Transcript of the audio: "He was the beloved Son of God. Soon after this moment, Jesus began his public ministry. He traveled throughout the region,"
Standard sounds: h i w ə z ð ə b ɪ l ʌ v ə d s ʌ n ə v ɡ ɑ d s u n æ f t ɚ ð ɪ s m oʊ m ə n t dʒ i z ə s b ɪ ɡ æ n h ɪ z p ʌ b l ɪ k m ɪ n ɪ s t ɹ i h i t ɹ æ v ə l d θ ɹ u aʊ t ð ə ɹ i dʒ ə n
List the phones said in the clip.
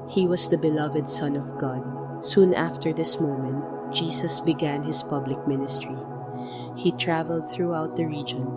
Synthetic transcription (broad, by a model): h i w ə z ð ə b ɪ l ʌ v ə d s ʌ n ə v ɡ ɑ d s u n æ f t ɚ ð ɪ s m oʊ m ə n t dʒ i s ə s b ɪ ɡ æ n h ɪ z p ʌ b l ɪ k m ɪ n ɪ s t ɹ i h i t ɹ æ v ə l d θ ɹ u aʊ t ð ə ɹ i dʒ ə n